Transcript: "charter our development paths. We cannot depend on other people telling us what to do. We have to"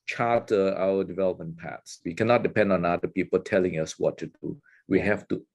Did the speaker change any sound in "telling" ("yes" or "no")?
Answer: no